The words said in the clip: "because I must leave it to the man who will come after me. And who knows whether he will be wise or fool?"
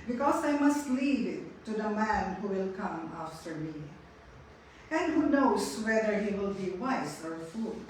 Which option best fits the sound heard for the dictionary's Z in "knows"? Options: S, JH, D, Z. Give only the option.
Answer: S